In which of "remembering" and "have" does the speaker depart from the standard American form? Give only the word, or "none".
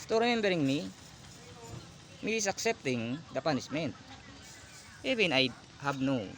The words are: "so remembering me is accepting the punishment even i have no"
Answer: have